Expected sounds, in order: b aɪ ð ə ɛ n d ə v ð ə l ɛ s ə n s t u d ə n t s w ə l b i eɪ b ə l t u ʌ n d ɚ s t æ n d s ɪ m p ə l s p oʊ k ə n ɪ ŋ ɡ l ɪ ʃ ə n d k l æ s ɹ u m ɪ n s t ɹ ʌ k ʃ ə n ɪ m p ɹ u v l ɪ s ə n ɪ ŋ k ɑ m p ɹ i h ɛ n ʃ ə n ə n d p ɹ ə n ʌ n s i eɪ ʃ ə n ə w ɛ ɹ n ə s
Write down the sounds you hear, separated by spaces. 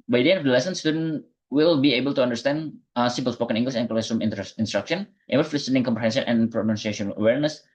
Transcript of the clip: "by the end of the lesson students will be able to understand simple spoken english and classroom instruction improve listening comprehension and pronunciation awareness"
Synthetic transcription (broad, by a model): b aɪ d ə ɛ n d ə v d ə l ɛ s ə n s t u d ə n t w ə l b i eɪ b ə l t u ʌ n d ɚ s t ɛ n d s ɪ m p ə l s p oʊ k ə n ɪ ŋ ɡ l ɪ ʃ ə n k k ɛ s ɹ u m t n s t ɹ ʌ k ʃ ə n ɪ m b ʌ f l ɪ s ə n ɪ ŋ k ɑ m p ɹ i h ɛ n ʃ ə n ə n p ɹ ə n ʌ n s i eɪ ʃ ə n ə w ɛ ɹ n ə s